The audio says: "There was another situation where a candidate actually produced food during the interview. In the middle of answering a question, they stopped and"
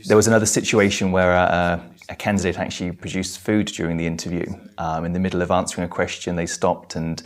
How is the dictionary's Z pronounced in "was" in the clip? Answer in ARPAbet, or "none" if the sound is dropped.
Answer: Z